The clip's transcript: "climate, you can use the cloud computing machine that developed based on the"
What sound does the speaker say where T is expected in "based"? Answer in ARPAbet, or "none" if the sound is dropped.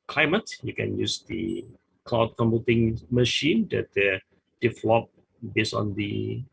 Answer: none